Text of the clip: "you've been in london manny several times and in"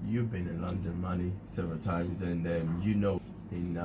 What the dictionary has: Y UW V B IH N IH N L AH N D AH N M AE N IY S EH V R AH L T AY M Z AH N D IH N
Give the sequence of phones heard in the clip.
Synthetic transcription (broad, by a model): Y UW V B IH N IH N L AH N D AH N M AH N IY S EH V R AH L T AY M Z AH N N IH N